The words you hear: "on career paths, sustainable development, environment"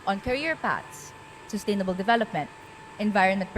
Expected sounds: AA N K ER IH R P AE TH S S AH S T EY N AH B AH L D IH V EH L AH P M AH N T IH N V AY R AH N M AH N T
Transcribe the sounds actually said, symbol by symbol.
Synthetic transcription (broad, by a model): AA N K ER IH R P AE T S S AH S T EY N AH B AH L D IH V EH L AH P M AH N T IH N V AY R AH N M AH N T